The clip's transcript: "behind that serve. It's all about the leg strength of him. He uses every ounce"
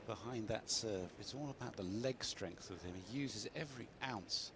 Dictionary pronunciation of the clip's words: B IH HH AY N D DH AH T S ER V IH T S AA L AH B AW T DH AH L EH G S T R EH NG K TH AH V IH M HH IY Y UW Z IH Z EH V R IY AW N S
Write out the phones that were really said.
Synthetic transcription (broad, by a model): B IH HH AY N DH AH T S ER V IH T S AA L AH B AW T DH AH L EH G S T R EH NG K TH AH V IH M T Y UW Z IH Z EH V R IY AW N S